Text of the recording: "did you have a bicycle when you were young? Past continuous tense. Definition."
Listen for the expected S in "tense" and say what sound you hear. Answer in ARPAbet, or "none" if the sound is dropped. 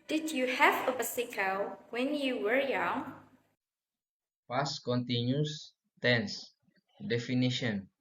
S